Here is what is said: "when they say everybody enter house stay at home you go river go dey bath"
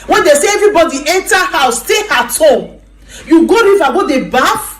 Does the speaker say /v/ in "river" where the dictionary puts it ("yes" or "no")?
no